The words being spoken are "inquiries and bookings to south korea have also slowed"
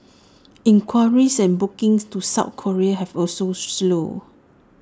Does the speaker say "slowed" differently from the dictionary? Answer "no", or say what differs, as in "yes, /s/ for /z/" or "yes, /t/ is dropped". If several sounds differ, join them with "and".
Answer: yes, /d/ is dropped